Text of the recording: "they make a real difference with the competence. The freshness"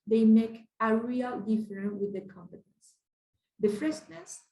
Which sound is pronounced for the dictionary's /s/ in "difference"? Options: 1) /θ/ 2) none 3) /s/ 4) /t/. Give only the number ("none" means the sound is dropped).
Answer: 2